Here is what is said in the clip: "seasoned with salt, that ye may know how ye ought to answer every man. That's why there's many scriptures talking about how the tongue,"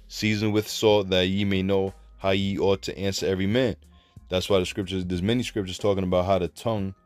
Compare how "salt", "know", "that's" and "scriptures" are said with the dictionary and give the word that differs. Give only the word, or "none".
salt